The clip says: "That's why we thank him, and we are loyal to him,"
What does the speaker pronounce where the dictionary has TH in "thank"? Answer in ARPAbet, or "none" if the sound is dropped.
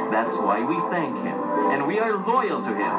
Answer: TH